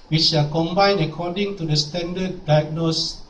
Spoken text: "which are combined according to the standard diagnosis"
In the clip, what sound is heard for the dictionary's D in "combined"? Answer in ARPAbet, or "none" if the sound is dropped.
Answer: none